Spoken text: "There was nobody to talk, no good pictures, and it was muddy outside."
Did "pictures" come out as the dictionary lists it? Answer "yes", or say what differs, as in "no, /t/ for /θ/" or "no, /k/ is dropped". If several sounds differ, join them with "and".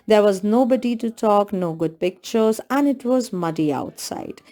yes